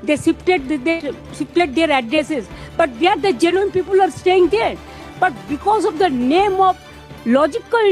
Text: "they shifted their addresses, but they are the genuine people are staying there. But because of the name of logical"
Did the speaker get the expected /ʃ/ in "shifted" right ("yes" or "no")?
no